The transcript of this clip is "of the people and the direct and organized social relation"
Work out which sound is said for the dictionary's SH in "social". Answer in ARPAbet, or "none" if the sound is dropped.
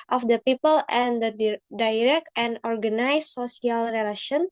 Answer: S